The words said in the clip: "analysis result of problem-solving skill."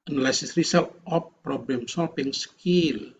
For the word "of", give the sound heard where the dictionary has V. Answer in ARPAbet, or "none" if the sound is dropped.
P